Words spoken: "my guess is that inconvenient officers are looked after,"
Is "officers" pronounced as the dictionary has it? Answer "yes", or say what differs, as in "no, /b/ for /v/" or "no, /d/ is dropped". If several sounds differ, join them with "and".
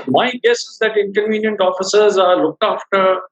yes